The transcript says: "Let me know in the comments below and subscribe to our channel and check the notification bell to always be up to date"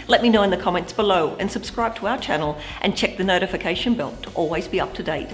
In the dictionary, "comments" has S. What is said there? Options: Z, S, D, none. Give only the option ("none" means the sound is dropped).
S